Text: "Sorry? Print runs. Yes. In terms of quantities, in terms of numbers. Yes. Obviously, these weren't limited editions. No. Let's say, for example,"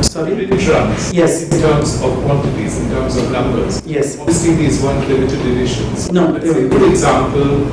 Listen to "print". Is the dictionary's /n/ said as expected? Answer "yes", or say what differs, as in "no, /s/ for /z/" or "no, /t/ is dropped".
no, /n/ is dropped